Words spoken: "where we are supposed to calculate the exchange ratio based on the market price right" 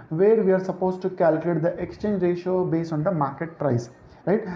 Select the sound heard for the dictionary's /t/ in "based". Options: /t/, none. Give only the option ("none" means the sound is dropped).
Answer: none